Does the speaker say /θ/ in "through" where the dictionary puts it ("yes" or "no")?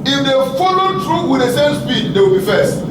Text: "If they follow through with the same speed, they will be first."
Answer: no